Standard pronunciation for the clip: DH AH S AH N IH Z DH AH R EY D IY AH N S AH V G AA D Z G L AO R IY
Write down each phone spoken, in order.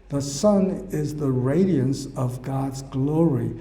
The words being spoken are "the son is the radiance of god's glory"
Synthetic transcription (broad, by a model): DH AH S AH N IH Z DH AH R EY D IY AH N S AH V G AA D Z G L AO R IY